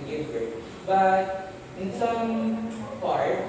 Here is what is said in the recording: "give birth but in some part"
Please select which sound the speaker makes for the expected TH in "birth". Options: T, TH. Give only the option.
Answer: T